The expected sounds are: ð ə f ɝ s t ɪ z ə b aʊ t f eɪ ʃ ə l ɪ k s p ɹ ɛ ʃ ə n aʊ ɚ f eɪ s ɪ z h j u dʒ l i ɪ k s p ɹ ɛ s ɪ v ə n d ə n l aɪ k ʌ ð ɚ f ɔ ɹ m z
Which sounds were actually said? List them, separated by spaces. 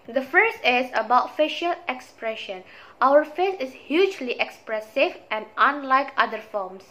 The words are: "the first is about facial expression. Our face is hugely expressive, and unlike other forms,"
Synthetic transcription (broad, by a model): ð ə f ɝ s t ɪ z ə b aʊ t f eɪ ʃ ə l ɪ k s p ɹ ɛ ʃ ə n aʊ ɚ f eɪ s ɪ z h j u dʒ l i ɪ k s p ɹ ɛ s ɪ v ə n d ə n l aɪ k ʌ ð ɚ f ɔ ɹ m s